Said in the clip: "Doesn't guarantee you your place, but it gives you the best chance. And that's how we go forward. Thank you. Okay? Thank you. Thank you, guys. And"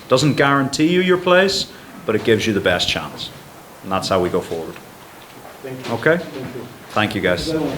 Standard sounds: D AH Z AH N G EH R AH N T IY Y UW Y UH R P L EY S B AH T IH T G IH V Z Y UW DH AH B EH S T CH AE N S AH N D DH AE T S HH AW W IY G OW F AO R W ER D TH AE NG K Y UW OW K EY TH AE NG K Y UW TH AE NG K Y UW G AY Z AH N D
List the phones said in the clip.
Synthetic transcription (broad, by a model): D AH Z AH N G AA R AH N T IY Y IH Y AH R P L EY S B AH T IH T G IH V Z Y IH DH AH B EH S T CH AE N S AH N DH AE T S HH AW W IY G OW F AO R W ER D OW K EY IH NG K TH AE NG K Y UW G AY AH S